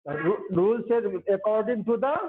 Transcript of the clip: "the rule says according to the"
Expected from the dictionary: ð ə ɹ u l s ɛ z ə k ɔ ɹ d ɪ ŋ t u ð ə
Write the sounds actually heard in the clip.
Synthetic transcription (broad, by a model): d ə ɹ u l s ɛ ə k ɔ ɹ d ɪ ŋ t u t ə